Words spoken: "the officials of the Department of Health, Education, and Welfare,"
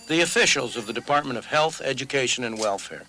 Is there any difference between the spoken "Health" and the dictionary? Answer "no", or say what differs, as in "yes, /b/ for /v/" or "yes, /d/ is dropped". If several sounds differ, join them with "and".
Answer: no